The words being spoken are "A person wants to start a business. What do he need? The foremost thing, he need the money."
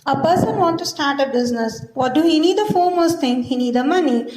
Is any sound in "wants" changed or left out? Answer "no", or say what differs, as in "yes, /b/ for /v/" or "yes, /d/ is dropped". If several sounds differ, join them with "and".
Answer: yes, /s/ is dropped